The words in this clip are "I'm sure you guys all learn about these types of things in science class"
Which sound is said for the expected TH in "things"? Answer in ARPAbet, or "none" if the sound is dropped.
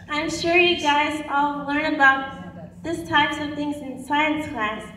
TH